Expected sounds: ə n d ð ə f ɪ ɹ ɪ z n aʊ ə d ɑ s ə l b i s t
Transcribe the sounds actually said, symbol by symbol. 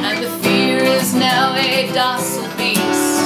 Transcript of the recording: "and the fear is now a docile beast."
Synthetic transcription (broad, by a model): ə n ð ə f ɪ ɹ ɪ z n aʊ ə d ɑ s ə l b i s